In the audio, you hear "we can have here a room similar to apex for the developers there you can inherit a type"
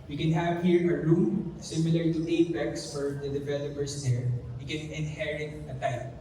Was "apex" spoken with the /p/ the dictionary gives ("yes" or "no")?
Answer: no